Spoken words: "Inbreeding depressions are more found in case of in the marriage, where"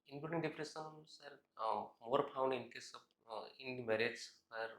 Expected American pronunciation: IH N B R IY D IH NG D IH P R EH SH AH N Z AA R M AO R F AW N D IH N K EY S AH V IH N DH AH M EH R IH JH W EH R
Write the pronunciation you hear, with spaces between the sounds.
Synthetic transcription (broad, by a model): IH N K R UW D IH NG D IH P R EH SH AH N S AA R M AO R P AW N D IH N K EY S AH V IH N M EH R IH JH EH R